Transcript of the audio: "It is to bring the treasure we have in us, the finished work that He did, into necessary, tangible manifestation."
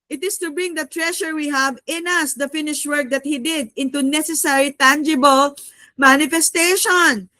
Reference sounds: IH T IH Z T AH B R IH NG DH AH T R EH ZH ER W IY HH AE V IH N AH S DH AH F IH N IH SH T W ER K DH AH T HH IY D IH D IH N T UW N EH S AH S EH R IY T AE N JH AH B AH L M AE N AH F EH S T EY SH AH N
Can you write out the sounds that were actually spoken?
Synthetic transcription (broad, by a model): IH T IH S T AH B R IH NG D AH T R EH SH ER W IY HH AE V IH N AH S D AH F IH N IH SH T W ER K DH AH T HH IY D IH D IH N T UW N EH S AH S EH R IY T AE N JH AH B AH L M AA N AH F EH S T EY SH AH N